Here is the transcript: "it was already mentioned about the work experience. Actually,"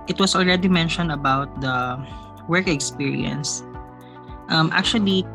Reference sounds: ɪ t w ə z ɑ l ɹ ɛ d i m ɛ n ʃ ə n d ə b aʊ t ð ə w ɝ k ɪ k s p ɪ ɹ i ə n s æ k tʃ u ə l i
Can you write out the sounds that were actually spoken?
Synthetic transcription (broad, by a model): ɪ t w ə s ɑ l ɹ ɛ d i m ɛ n ʃ ə n d ə b aʊ t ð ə w ɝ k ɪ k s p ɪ ɹ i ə n s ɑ k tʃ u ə l i